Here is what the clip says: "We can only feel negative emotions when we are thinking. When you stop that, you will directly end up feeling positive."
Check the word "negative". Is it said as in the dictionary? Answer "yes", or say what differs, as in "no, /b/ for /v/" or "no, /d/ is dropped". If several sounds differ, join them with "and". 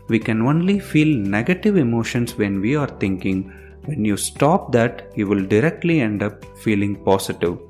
yes